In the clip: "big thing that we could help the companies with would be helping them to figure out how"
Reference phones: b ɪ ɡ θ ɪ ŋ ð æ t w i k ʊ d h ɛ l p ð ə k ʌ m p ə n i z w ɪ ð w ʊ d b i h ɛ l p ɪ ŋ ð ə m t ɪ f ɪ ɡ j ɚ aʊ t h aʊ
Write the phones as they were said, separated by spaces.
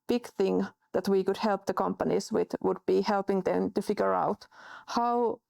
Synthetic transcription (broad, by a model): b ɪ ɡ θ ɪ ŋ ð æ t w i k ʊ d h ɛ l p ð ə k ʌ m p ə n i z w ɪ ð w ʊ d b i h ɛ l p ɪ ŋ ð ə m t ɪ f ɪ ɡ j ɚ aʊ t h aʊ